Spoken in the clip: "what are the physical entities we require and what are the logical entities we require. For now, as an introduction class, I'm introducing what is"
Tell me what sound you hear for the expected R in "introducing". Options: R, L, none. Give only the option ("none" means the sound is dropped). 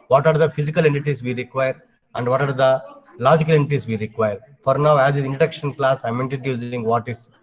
none